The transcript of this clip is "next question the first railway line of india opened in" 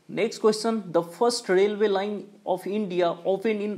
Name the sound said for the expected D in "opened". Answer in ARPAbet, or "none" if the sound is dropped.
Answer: none